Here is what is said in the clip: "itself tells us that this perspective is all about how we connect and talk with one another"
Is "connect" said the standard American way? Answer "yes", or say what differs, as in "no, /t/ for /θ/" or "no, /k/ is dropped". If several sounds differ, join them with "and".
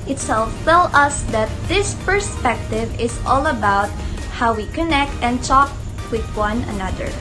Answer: yes